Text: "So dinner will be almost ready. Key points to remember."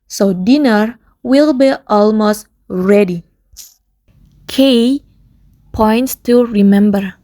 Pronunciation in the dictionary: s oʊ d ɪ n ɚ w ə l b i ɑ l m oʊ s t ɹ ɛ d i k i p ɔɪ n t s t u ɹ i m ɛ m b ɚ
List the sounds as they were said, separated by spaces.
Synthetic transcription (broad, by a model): s oʊ d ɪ n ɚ w ə l b i ɑ l m oʊ s t ɹ ɛ d i k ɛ p ɔɪ n t s t u ɹ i m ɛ m b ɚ